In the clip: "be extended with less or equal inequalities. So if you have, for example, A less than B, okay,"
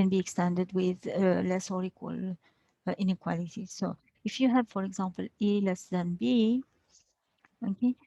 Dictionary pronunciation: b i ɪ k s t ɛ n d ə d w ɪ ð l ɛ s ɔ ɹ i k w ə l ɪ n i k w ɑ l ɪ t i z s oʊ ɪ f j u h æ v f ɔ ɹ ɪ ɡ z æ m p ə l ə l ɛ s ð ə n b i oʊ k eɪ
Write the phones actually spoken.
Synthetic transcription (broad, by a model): b i ɪ k s t ɛ n d ə d w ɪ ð l ɛ s ɔ ɹ i k w ə l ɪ n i k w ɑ l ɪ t i s oʊ ɪ f j u h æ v f ɔ ɹ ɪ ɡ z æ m p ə l ə l ɛ s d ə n b i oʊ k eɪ